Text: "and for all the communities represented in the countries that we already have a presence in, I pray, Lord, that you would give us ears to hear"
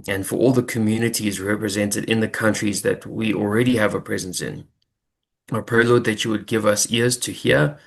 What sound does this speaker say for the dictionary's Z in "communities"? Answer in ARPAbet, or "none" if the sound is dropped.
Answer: Z